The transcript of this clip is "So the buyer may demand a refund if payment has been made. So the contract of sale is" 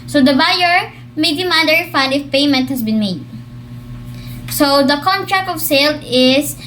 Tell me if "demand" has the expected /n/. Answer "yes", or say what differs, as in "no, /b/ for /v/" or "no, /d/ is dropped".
no, /n/ is dropped